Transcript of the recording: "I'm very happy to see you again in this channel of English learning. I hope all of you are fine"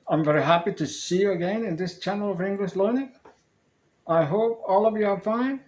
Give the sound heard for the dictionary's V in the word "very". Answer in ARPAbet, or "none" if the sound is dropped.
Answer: V